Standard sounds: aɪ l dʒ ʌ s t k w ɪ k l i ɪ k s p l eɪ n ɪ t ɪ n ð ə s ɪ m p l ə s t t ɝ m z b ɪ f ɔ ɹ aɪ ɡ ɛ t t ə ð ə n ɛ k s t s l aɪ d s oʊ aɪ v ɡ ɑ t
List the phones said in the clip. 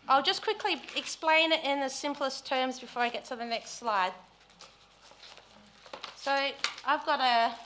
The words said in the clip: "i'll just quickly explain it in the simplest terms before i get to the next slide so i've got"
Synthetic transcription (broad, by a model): aɪ l dʒ ʌ s k w ɪ k l i ɪ k s p l eɪ n ɪ t ɪ n ð ə s ɪ m p l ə s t t ɝ m z b ɪ f ɔ ɹ aɪ ɡ ɛ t t ə ð ə n ɛ k s t s l aɪ d s oʊ aɪ v ɡ ɑ t